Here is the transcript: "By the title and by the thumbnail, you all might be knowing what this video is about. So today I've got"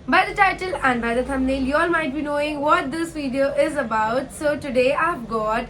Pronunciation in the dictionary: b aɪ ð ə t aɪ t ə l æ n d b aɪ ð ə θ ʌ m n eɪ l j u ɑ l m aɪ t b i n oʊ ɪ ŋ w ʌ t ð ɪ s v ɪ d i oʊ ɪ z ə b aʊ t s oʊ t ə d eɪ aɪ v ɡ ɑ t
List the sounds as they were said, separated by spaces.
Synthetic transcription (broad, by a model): b aɪ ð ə t aɪ t ə l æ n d b aɪ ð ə t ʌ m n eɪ l j u ɑ l m aɪ t b i n oʊ ɪ ŋ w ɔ t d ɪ s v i d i oʊ ɪ z ə b aʊ t s oʊ t ə d eɪ aɪ v ɡ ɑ t